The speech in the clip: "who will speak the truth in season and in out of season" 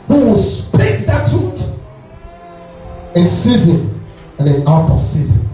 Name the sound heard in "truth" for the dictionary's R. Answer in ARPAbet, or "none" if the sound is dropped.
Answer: none